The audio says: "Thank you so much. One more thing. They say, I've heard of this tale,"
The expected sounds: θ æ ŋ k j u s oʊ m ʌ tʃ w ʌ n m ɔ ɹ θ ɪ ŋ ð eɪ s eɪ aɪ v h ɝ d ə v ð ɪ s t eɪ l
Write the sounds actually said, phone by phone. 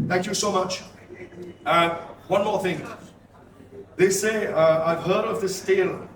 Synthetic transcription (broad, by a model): θ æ ŋ k j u s oʊ m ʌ tʃ w ʌ n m ɔ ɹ θ ɪ ŋ ð eɪ s eɪ aɪ v h ɝ d ə v ð ɪ s t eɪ l